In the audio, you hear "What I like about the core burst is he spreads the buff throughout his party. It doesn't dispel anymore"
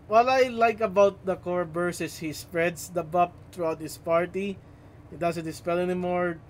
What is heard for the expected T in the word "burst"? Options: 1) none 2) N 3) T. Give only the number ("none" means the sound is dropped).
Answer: 1